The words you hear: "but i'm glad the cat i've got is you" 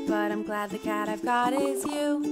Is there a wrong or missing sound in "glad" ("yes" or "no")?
no